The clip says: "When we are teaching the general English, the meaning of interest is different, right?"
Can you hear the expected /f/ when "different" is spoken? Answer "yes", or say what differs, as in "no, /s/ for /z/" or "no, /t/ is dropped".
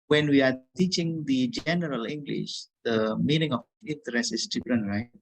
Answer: no, /p/ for /f/